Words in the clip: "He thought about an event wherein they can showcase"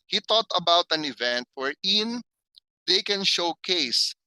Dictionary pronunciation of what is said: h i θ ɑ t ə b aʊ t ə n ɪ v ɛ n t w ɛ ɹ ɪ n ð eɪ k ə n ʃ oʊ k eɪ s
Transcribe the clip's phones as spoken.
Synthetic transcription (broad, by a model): h i t ɑ t ə b aʊ t ə n ɪ v ɛ n t w ɛ ɹ ɪ n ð eɪ k ə n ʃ oʊ k eɪ s